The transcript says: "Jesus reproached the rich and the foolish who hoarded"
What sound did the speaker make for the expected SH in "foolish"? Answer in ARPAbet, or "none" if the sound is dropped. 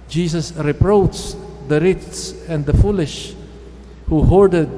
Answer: SH